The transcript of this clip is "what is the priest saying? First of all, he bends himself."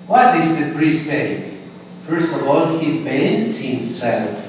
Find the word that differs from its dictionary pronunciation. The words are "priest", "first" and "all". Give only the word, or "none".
priest